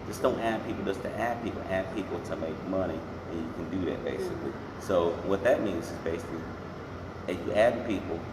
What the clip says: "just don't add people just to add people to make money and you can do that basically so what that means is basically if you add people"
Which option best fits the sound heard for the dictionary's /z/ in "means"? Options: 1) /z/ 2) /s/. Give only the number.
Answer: 1